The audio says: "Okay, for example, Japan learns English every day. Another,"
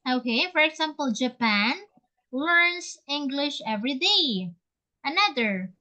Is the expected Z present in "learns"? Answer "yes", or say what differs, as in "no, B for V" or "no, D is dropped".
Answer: no, S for Z